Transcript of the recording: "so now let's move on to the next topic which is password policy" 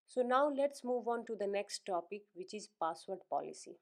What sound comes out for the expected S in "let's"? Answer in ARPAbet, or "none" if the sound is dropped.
S